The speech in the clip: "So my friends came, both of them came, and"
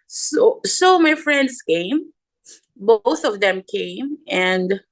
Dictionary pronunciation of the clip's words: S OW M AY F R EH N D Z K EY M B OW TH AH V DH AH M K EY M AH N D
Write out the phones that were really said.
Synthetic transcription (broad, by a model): S OW M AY F R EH N D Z K EY M B OW TH AH V DH AH M K EY M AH N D